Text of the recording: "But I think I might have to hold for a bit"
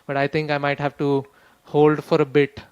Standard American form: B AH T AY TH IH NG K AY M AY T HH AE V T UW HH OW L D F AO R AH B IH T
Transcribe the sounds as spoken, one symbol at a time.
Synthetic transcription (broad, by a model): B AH T AY T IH NG K AY M AY T HH AE V T UW HH OW L D F AO R AH B IH T